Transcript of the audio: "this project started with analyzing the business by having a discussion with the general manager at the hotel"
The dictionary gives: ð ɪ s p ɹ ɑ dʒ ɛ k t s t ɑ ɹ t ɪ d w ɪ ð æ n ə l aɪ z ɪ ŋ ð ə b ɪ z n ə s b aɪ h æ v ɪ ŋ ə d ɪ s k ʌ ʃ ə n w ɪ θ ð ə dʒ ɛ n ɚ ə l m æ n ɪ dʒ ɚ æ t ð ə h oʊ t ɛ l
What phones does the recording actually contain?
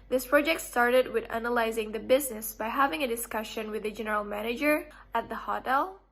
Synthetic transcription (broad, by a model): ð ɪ s p ɹ ɑ dʒ ɛ k t s t ɑ ɹ t ɪ d w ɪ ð æ n ə l aɪ z ɪ ŋ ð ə b ɪ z n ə s b aɪ h æ v ɪ ŋ ə d ɪ s k ʌ ʃ ə n w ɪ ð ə dʒ ɛ n ɚ ə l m æ n ɪ dʒ ɚ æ t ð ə h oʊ t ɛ l